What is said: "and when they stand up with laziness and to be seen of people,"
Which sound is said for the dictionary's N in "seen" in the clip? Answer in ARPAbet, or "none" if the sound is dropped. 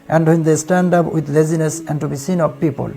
N